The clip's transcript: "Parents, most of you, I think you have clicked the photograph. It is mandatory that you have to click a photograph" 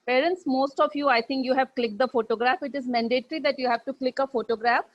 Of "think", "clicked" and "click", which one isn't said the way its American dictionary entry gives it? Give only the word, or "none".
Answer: think